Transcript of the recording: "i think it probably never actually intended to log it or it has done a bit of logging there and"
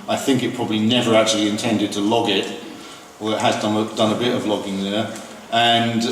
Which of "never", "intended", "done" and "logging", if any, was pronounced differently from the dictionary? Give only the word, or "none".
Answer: none